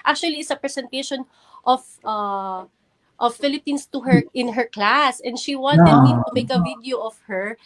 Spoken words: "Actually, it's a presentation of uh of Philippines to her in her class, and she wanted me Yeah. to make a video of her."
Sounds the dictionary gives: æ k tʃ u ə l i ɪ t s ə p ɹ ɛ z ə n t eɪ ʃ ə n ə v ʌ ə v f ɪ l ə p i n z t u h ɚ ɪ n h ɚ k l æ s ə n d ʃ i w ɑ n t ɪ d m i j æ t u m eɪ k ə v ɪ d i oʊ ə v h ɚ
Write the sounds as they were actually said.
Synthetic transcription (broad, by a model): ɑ k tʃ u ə l i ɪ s ə p ɹ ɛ s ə n t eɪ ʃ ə n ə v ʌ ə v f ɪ l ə p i n s t u h ɚ ɪ n h ɚ k l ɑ s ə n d ʃ i w ɑ n t ɪ d m i t u m eɪ k ə v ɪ d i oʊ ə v h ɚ